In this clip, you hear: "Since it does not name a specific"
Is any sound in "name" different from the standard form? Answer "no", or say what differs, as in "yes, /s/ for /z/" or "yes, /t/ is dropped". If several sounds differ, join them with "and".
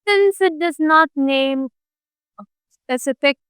yes, /m/ is dropped